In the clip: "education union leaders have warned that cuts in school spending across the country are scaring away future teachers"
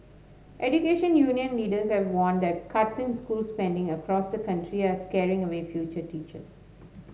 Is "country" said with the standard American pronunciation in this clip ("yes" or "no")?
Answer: yes